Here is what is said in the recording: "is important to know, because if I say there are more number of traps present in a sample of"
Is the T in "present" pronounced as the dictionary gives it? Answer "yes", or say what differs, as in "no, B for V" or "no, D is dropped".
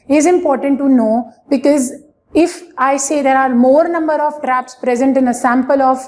yes